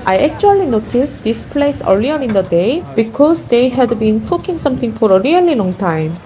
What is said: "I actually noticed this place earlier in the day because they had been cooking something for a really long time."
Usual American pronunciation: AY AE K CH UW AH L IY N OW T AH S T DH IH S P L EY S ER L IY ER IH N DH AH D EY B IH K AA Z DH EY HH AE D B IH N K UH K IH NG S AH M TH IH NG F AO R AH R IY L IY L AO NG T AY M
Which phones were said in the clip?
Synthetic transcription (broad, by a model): AY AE K CH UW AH L IY N OW T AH S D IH S P L EY S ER L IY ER IH N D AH D EY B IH K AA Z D EY HH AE D B IH N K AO K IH NG S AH M T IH NG F AO R AH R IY L IY L AO NG T AY M